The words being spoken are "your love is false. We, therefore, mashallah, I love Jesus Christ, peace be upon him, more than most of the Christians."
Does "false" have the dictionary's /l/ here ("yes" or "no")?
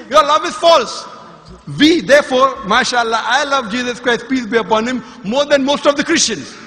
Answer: yes